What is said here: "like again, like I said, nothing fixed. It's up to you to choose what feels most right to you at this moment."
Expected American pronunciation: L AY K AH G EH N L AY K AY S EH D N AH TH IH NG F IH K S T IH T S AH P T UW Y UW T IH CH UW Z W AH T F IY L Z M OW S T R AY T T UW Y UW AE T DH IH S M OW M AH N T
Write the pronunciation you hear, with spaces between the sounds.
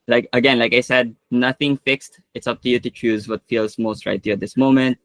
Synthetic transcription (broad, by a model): L AY K AH G EH N L AY K AY S EH D N AH TH IH NG F IH K S T IH T S AH P T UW Y UW T IH CH UW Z W AH T F IY L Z M OW S T R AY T T UW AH T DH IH S M OW M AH N T